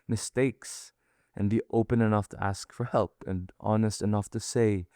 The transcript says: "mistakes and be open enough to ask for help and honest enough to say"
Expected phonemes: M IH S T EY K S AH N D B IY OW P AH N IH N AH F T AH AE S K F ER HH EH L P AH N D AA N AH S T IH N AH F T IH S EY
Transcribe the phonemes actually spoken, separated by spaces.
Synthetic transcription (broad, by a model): M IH S T EY K S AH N B IY OW P AH N IH N AH F T AH AE S K F ER HH EH L P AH N AA N AH S T IH N AH F T IH S EY